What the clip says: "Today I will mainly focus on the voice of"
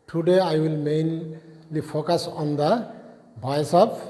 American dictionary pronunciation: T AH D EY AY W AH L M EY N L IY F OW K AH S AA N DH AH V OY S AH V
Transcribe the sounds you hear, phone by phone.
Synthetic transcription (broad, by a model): T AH D EY AY W AH L M EY N L IY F OW K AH S AA N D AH B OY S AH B